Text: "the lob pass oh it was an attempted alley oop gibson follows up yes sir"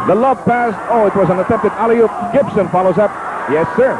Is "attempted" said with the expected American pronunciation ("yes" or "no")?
no